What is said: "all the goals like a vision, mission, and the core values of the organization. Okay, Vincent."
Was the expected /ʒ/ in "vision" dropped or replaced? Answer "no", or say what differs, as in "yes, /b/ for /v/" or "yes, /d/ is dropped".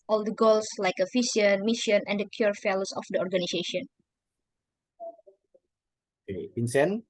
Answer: yes, /s/ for /ʒ/